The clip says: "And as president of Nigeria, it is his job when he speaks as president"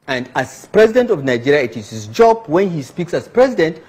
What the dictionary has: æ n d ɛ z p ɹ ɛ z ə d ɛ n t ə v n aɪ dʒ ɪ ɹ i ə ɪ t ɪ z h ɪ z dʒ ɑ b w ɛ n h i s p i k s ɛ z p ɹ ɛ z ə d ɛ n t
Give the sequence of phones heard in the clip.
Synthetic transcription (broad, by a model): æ n d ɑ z p ɹ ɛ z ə d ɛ n t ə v n aɪ dʒ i ɹ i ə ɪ t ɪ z h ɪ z dʒ ɑ b w ɛ n h i s p i k s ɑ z p ɹ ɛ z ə d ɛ n t